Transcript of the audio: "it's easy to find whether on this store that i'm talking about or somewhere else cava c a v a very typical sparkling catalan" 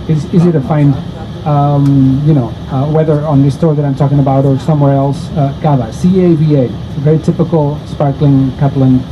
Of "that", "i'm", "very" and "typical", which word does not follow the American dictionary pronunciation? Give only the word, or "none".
none